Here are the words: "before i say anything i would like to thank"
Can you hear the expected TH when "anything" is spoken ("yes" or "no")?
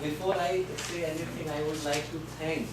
no